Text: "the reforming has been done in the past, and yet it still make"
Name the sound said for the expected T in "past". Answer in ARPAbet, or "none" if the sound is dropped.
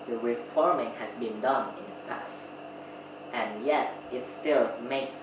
T